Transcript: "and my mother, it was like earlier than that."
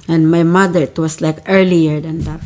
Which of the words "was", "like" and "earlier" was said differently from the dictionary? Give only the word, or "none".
was